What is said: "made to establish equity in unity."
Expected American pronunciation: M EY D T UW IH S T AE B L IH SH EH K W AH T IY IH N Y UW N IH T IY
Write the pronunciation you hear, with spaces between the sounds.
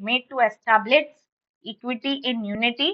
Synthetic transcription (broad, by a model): M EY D T UW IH S T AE B L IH S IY K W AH T IY IH N Y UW N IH T IY